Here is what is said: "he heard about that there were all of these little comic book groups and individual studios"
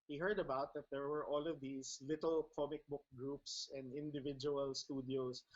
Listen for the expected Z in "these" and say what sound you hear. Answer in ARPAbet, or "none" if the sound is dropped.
S